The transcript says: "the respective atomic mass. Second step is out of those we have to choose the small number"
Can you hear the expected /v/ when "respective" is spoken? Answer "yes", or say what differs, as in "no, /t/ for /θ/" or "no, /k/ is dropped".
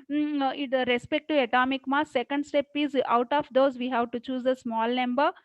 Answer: no, /v/ is dropped